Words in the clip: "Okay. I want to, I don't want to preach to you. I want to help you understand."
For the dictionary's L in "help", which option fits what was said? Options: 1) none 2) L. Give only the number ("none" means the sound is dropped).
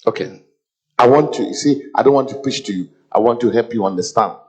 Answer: 2